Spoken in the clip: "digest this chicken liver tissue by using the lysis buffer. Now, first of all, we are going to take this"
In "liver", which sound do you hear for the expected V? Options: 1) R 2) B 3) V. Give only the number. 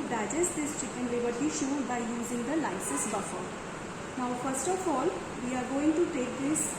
2